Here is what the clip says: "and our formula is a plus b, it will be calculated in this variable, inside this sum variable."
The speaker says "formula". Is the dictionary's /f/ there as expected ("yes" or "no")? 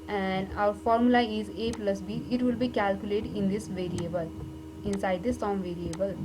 yes